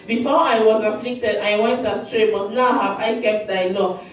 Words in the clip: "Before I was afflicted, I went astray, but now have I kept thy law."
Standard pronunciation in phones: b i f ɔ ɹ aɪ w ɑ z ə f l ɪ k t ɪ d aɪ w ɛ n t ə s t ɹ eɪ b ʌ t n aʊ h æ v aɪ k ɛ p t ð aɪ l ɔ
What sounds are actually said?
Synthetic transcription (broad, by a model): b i f ɔ aɪ w ɑ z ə f l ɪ k t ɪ d aɪ w ɛ n t ə s t ɹ eɪ b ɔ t n aʊ h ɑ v aɪ k ɛ p t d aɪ l ɔ